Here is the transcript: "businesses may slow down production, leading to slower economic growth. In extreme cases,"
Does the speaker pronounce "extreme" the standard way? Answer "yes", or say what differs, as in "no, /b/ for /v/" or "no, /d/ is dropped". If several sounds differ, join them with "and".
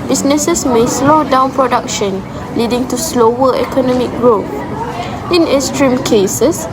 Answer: no, /k/ is dropped